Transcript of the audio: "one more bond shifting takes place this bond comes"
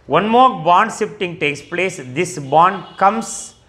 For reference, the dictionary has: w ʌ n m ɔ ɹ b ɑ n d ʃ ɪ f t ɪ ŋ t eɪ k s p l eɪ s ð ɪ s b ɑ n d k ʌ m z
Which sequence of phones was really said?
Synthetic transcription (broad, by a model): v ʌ n m ɔ ɹ b ɑ n d s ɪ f t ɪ ŋ t eɪ k s p l eɪ s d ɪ s b ɑ n d k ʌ m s